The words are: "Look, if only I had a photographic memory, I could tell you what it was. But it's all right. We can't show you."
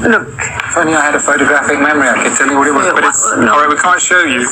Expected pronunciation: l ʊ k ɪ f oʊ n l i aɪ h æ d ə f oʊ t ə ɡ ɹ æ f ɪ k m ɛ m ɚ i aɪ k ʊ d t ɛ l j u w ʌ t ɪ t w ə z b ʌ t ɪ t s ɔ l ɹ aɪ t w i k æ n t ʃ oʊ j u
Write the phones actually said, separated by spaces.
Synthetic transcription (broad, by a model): l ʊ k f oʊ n i aɪ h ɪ d ə f oʊ t ə ɡ ɹ æ f ɪ k m ɛ m ɚ i aɪ k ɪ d t ɛ l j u w ʌ t ɪ t w ə z b ʌ t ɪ t s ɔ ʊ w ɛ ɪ w i k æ n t ʃ oʊ j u